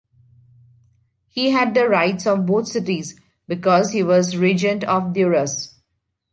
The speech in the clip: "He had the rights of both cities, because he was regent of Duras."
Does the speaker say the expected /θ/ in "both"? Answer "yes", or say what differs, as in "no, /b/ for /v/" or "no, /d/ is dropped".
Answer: no, /t/ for /θ/